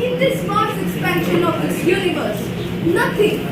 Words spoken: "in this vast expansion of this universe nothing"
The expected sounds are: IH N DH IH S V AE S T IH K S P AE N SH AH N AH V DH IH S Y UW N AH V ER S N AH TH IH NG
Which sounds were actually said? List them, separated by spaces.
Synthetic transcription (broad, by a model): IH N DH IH S F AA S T IH K S P AE N SH AH N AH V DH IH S Y UW N AH V ER S N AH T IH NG